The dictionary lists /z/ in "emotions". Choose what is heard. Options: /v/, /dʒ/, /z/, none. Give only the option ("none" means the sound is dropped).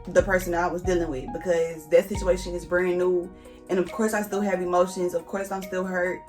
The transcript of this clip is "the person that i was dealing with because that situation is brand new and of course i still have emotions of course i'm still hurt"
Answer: /z/